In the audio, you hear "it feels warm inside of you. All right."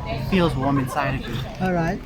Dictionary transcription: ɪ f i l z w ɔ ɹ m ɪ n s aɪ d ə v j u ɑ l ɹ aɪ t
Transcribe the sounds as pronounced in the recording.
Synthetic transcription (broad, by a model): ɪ f i l z w ɔ ɹ m ɪ n s aɪ d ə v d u ɑ l ɹ aɪ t